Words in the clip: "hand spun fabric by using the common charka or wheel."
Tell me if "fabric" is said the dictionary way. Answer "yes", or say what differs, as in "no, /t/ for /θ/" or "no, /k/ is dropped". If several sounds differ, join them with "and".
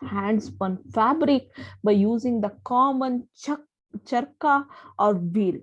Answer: yes